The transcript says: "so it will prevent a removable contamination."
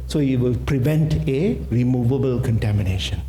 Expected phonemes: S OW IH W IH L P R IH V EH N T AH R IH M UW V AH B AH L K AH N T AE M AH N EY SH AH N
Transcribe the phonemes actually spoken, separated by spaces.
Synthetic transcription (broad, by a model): S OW IH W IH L P R IH V EH N T AH R IH M UW V AH B AH L K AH N T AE M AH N EY SH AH N